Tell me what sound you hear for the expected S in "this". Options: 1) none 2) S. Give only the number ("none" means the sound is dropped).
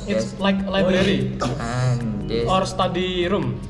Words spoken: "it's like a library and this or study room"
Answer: 1